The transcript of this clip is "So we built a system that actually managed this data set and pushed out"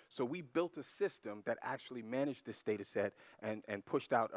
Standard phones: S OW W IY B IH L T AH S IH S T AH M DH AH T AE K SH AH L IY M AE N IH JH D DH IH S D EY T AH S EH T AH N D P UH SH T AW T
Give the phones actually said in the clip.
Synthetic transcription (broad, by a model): S OW W IY B IH L T AH S IH S T AH M DH AH T AE K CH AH L IY M AE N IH JH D DH IH S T EY T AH S EH T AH N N P UH SH T AW T